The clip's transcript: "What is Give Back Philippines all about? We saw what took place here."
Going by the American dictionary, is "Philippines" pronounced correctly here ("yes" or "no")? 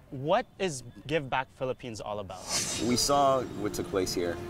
yes